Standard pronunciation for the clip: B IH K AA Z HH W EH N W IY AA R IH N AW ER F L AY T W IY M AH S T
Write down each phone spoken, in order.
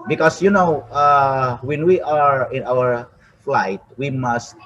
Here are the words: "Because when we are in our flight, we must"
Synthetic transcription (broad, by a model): B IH K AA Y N W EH N W IY AA R IH N AW ER F L AY T W IY M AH S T